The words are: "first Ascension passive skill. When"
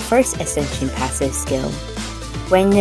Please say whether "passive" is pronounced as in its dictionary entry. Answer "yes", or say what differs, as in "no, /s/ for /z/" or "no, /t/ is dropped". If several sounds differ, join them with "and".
yes